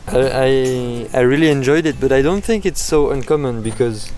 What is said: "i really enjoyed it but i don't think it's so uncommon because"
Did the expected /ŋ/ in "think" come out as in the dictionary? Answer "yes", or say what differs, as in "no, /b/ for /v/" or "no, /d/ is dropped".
yes